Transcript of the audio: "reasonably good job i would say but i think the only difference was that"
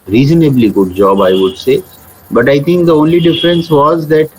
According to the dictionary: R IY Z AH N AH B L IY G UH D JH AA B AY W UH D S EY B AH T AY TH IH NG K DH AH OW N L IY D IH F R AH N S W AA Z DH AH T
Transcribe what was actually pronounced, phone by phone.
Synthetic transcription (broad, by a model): R IY Z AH N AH B L IY G UH D JH AA B AY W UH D S EY B AH T AY T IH NG K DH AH OW N L IY D IH F R AH N S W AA Z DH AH T